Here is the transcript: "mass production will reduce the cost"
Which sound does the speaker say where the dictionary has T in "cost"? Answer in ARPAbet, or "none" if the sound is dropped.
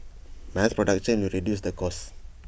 none